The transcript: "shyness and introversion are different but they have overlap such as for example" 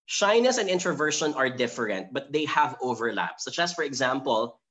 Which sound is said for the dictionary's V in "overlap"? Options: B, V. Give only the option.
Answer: V